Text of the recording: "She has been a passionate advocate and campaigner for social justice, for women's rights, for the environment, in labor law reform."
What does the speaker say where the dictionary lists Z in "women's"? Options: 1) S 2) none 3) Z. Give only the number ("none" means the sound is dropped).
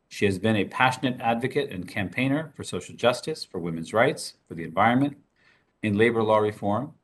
3